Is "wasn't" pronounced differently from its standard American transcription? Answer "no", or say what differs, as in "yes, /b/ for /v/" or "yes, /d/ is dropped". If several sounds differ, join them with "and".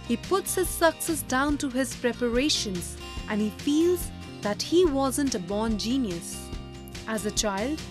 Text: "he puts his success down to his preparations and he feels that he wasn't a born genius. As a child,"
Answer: no